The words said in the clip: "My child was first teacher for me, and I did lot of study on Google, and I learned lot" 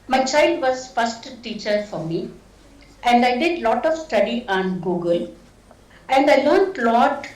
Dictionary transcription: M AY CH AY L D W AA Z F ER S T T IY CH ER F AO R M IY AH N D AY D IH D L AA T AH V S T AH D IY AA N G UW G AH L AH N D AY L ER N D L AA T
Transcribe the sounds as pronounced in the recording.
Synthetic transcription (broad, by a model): M AY CH AY L D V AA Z F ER S T T IY CH ER F AO R M IY AH N D AY D IH D L AA T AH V S T AH D IY AA N G UW G AH L AH N D AY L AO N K L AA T